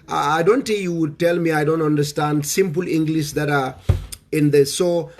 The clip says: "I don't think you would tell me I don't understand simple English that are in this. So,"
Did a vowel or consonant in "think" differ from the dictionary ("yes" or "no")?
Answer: yes